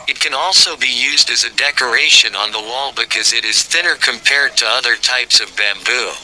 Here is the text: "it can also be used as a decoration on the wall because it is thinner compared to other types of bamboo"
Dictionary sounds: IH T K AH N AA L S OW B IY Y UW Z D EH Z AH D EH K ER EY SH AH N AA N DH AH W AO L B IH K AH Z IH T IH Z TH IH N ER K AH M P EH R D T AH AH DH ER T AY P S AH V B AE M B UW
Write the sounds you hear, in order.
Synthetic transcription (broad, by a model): IH T K AH N AA L S OW B IY Y UW Z D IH Z AH D EH K ER EY SH AH N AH N DH AH W AO L B IH K AH Z IH T IH Z TH IH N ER K AH M P EH R D T AH AH DH ER T AY P S AH V B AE M B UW